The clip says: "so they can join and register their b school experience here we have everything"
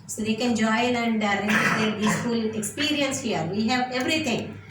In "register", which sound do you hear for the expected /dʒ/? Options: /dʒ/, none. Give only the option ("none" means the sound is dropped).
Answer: none